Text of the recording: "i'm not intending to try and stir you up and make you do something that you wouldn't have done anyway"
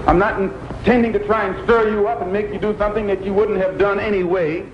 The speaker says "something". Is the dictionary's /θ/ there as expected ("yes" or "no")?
yes